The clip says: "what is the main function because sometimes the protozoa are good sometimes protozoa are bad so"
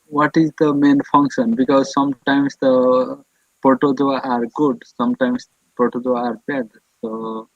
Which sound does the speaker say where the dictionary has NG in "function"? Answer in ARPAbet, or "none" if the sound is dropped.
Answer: NG